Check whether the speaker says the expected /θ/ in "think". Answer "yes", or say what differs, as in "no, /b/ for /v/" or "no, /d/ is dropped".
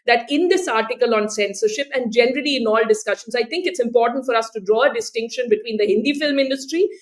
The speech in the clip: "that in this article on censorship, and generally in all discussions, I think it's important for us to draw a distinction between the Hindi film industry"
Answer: no, /t/ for /θ/